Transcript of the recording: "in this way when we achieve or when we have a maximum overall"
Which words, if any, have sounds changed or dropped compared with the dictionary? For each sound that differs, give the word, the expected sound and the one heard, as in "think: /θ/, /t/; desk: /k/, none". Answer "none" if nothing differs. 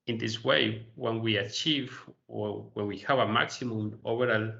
none